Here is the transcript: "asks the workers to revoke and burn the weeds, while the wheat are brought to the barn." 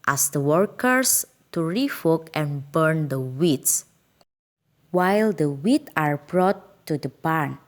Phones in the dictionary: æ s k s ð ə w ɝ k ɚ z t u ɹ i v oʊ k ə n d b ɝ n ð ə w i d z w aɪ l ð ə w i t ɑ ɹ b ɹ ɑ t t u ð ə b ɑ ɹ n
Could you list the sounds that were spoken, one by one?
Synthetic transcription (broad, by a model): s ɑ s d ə w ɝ k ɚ s t u ɹ i f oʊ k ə n b ɝ n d ə w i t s w aɪ l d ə w i t ɑ ɹ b ɹ ɑ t t u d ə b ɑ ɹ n